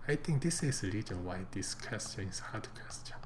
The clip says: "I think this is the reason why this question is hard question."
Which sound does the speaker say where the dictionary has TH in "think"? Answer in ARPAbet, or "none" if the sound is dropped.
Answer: T